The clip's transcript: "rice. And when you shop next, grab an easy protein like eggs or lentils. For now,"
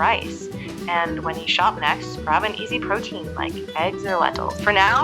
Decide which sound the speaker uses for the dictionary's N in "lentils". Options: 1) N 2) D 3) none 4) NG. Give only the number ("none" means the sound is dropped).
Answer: 3